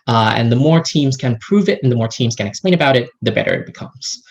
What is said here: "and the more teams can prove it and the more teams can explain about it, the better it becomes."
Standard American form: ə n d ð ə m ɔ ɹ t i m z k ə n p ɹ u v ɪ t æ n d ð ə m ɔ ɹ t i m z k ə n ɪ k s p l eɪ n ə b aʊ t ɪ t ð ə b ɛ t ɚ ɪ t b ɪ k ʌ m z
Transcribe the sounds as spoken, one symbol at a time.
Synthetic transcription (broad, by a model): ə n ð ə m ɔ ɹ t i m z k ə n p ɹ u v ɪ t n ð ə m ɔ ɹ t i m z k ə n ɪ k s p l eɪ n ə b aʊ t ɪ t ð ə b ɛ t ɚ ɪ t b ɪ k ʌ m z